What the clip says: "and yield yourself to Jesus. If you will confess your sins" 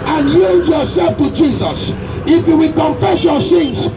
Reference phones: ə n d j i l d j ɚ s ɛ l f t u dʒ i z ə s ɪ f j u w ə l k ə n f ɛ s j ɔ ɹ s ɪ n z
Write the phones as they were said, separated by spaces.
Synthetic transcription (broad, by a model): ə n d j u d j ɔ s ɛ l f t u dʒ i z ə s ɪ f j u w ə l k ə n f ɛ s j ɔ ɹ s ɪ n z